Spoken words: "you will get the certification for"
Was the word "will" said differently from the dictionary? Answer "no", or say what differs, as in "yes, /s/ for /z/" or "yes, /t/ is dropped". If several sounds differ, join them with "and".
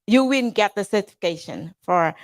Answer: yes, /n/ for /l/